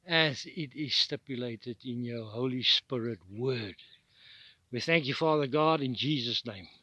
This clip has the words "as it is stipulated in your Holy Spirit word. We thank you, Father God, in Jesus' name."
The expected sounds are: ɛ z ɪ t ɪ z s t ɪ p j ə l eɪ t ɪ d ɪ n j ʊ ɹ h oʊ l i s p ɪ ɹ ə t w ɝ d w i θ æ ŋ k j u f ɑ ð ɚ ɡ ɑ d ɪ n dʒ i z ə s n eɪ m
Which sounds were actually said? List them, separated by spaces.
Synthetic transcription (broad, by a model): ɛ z ɪ t ɪ z s t ɪ p j ə l eɪ t ɪ d ɪ n j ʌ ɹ h oʊ l i s p ɪ ɹ ə t w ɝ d w i θ æ ŋ k j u f ɑ ð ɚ ɡ ɑ d ɪ n dʒ i z ə s n eɪ m